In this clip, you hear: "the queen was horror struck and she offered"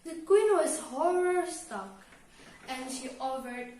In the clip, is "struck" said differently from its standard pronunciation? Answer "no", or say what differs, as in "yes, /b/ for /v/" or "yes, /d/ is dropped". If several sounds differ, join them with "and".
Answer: yes, /ɹ/ is dropped